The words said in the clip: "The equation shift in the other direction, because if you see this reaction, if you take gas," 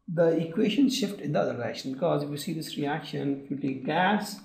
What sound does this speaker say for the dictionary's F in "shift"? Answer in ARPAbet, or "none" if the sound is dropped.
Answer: F